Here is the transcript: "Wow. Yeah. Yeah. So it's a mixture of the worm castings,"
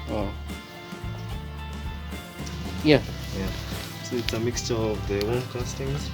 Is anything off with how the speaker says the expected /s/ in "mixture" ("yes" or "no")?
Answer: no